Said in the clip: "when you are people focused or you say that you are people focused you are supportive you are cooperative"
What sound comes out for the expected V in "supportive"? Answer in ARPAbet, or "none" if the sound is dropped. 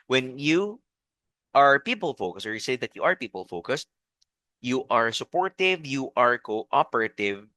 V